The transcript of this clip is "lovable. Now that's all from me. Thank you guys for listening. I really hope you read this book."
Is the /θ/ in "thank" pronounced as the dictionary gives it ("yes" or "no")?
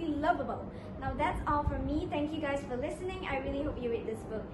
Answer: no